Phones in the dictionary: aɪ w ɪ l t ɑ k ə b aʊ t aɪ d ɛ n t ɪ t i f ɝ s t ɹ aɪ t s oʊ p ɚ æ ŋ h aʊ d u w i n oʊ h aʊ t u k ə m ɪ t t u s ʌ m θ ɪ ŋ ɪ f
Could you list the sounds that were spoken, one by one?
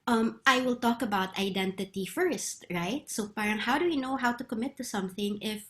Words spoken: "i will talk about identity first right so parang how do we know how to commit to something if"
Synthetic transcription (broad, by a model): aɪ w ɪ l t ɑ k ə b aʊ t aɪ d ɛ n t ɪ t i f ɝ s t ɹ aɪ t s oʊ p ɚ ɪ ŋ h aʊ d u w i n oʊ h aʊ t u k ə m ɪ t t u s ʌ m θ ɪ ŋ ɪ f